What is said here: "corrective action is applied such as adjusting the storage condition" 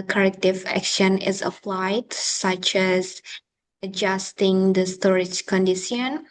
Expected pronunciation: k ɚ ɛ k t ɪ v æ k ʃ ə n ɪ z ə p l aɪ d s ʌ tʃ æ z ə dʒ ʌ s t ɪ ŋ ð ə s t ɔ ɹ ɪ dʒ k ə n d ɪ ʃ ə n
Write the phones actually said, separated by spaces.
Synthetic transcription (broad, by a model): k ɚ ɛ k t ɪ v æ k ʃ ə n ɪ z ə p l aɪ d s ʌ tʃ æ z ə dʒ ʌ s t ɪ ŋ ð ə s t ɔ ɹ ɪ dʒ k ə n d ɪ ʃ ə n